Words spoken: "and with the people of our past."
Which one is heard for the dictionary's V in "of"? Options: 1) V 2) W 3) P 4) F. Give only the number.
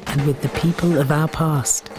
1